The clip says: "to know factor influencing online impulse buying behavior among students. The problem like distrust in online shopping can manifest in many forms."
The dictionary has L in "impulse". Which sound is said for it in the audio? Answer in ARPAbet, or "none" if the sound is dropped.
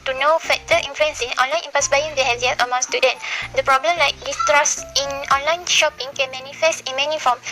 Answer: none